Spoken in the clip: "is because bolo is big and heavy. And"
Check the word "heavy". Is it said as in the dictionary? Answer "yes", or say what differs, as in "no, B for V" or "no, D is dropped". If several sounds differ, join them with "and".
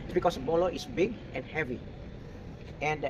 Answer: yes